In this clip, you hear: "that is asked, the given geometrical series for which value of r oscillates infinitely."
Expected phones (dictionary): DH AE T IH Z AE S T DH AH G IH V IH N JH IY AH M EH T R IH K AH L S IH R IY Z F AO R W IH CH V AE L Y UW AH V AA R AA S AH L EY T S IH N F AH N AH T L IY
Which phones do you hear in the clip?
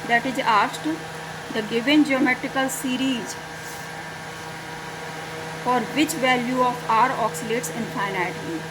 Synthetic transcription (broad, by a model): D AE T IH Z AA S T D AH G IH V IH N JH IY AH M EH T R IH K AH L S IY R IY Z F AO R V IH CH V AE L Y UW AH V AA R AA S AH L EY T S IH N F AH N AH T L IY